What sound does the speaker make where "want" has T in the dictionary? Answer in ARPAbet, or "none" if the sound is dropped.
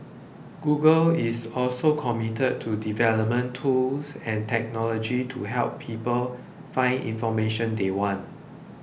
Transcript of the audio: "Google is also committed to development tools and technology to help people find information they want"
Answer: T